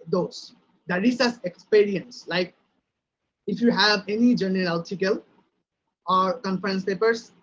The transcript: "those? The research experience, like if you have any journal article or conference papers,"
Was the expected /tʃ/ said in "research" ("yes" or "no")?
no